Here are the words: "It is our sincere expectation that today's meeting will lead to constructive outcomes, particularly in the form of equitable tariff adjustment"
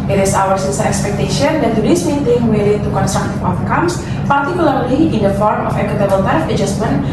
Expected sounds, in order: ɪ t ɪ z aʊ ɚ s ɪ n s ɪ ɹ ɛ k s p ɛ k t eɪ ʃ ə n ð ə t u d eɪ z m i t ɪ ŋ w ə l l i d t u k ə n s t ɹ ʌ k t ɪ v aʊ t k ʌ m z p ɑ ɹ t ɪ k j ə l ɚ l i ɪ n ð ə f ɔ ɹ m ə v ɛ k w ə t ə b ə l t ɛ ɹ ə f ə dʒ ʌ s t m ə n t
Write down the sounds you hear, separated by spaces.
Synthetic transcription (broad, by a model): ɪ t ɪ s aʊ ɚ s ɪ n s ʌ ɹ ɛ k s p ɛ k t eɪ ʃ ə n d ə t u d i s m i t ɪ ŋ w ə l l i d t u k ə n s t ɹ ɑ k t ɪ f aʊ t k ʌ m s p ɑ ɹ t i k j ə l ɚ l i ɪ n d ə f ɔ ɹ m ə f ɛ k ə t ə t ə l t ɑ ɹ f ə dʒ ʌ s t m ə n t